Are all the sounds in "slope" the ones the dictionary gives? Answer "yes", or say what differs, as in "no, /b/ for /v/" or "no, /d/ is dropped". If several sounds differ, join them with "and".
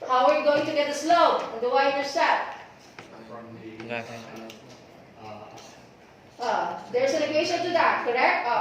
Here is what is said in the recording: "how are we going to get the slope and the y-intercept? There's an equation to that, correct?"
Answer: no, /p/ is dropped